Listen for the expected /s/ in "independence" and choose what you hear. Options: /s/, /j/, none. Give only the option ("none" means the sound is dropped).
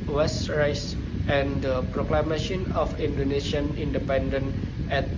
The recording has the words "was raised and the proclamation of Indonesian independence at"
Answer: none